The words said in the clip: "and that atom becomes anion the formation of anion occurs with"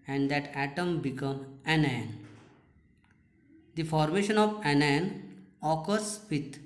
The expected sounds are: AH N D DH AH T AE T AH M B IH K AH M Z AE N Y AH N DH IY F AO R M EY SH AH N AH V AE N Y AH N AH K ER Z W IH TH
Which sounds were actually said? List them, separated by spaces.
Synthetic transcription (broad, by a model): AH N D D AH T AE T AH M B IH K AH M AE N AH N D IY F AO R M EY SH AH N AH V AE N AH N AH K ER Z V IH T